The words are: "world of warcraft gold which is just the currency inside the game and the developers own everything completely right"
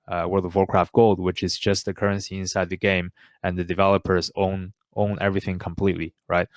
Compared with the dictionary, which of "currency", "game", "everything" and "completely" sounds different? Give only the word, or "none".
none